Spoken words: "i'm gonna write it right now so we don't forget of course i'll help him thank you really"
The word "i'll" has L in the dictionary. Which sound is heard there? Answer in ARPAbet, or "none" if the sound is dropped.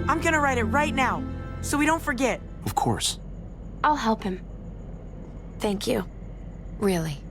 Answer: L